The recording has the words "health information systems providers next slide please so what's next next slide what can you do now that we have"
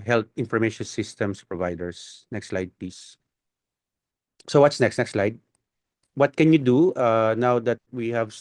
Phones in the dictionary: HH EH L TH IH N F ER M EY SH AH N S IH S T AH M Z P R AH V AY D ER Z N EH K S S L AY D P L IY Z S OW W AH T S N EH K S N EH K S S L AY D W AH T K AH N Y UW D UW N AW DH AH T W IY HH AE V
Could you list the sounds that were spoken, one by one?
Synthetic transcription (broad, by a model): HH EH L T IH N F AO M EY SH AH N S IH S T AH M S P R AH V AY D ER S N EH K S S L AY D P IY S OW W AH T S N EH K S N EH K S S L AY D W AH T K AH N Y UW D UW N AW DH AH T W IY HH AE V